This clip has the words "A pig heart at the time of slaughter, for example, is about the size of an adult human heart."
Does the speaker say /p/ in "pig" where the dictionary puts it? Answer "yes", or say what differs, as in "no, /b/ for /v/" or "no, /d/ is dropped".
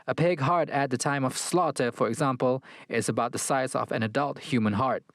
yes